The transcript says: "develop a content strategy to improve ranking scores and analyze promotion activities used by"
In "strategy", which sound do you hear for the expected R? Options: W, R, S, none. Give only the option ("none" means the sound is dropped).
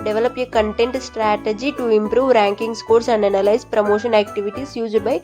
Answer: R